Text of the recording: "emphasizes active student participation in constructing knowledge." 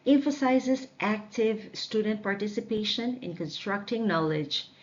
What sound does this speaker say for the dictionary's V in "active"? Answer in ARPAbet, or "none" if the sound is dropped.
V